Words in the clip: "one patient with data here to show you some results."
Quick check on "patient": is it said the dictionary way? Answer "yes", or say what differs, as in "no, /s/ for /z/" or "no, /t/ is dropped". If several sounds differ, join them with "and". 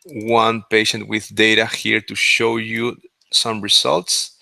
yes